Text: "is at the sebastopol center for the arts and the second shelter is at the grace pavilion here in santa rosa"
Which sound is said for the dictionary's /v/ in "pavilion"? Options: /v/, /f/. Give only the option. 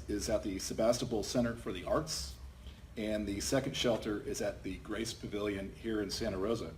/v/